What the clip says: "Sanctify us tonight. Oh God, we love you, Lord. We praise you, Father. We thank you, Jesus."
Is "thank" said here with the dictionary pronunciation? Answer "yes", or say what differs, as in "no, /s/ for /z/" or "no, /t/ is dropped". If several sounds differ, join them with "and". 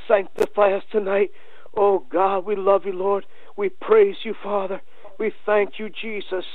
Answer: yes